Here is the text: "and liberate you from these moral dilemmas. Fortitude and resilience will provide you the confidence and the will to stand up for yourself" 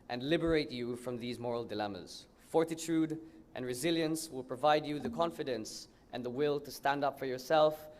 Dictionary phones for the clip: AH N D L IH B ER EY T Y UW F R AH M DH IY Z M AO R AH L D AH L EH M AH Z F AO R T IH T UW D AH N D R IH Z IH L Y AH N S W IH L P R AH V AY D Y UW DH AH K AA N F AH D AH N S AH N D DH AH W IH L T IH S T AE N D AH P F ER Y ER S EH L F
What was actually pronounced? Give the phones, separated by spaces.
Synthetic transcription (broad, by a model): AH N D L IH B ER EY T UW F R AH M DH IY Z M AO R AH L D AH L EH M AH Z F AO R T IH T UW D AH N R IH Z IH L Y AH N S W IH L P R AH V AY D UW DH AH K AA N F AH D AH N S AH N DH AH W IH L T IH S T AE N D AH P F ER Y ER S EH L F